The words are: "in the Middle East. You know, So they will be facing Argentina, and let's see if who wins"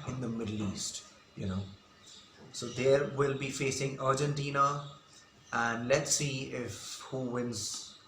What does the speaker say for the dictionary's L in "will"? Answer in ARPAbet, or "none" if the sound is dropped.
L